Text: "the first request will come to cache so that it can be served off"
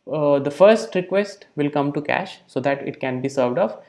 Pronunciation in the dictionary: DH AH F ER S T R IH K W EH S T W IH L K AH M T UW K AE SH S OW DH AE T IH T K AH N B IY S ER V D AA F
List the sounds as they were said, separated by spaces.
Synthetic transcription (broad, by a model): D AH F ER S T R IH K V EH S T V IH L K AH M T UW K AE SH S OW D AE T IH T K AH N B IY S ER V D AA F